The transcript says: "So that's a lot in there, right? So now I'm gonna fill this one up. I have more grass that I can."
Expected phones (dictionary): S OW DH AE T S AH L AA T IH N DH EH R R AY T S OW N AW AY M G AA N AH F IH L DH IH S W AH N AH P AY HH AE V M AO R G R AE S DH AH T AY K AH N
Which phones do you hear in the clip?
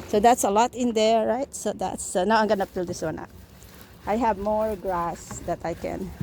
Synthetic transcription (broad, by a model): S OW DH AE T S AH L AA T IH N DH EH R R AY T S OW N AW AY M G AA N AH P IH L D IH S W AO N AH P AY HH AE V M AO R G R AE S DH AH T AY K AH N